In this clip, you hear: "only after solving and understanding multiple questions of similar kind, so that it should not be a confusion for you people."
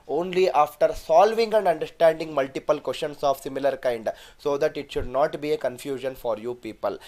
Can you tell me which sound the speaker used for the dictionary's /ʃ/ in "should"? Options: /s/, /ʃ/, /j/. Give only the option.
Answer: /ʃ/